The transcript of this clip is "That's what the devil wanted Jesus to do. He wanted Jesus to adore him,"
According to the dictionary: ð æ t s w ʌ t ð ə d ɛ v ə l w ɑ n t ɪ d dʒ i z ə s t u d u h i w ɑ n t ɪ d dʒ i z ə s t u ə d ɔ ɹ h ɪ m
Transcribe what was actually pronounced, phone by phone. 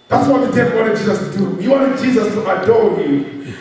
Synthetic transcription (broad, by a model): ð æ t s w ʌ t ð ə d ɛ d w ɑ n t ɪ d dʒ i z ə s t u d u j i w ɑ n t ɪ d dʒ i z ə s t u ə d ɔ l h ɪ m